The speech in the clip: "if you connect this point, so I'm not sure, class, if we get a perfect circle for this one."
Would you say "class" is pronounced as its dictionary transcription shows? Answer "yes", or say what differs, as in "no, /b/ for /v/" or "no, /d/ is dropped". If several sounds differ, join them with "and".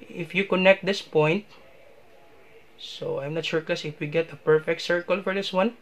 no, /l/ is dropped